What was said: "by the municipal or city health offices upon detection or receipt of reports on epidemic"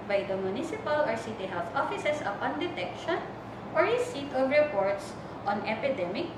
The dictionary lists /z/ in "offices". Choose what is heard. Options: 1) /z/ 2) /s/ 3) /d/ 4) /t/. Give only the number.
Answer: 2